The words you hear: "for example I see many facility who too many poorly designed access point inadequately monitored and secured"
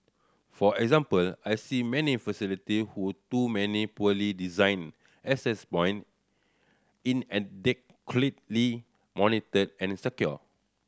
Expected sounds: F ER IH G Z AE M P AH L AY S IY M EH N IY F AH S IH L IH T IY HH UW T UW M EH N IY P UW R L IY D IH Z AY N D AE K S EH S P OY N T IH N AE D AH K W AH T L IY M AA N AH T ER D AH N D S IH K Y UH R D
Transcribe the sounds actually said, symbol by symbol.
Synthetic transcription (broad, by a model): F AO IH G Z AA M P AH L AY S IY M EH N IY F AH S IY L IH T IY HH UW T UW M EH N IY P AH L IY D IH Z AY N EH S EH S B OY N IH N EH D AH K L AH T L IY M AA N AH T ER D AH N S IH K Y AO